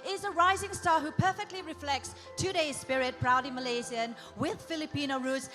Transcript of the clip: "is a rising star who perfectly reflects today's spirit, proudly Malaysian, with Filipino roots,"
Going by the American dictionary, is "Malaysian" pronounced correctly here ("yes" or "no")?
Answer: no